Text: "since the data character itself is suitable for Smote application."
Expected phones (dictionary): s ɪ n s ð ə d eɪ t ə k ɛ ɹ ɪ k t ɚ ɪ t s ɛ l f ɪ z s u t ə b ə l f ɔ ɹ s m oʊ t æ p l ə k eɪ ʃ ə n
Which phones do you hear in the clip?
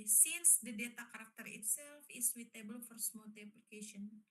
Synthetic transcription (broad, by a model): s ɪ n s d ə d eɪ t ə k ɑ ɹ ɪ k t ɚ ɪ t s ɛ l f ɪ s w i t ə b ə l f ɔ ɹ s m oʊ t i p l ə k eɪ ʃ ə n